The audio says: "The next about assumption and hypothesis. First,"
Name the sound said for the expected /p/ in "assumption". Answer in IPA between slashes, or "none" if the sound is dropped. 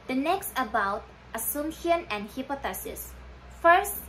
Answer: none